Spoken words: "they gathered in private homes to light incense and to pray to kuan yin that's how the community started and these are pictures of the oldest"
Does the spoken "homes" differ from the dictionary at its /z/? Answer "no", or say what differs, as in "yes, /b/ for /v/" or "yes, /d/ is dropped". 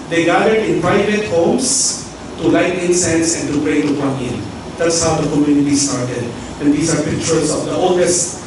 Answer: yes, /s/ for /z/